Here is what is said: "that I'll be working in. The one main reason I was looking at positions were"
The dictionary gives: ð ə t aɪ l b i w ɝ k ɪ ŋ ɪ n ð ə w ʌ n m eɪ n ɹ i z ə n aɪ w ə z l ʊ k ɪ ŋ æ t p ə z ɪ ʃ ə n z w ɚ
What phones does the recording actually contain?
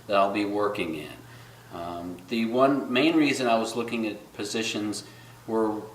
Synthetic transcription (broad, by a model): ð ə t aɪ l b i w ɝ k ɪ ŋ ɪ n ð ə w ʌ n m eɪ n ɹ i z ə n aɪ w ə z l ʊ k ɪ ŋ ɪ t p ə z ɪ ʃ ə n z w ɚ